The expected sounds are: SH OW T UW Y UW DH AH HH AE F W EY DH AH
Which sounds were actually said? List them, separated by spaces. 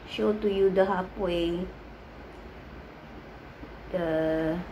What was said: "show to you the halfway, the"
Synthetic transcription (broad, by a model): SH OW T UW Y UW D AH HH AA P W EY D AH